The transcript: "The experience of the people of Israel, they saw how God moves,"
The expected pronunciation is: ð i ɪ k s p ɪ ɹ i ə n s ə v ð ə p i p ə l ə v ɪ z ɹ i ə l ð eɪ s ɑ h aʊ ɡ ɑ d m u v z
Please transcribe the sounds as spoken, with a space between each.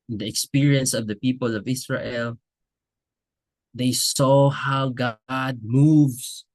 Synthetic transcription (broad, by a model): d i ɪ k s p ɪ ɹ i ə n s ə v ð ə p i p ə l ə v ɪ s ɹ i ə l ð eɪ s ɑ h aʊ ɡ ɑ d m u v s